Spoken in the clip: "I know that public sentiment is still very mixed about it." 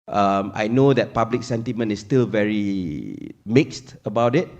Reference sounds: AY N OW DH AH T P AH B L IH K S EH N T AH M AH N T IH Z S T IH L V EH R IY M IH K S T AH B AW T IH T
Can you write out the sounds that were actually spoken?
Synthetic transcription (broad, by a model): AY N OW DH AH T P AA B L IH K S EH N T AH M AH N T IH S T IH L V EH R IY M IH K S T AH B AW T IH T